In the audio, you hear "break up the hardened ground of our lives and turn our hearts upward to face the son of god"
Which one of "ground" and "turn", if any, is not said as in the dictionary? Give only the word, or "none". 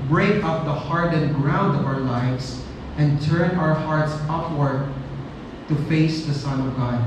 none